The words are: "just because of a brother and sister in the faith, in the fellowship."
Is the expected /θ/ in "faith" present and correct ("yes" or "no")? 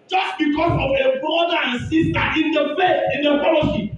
no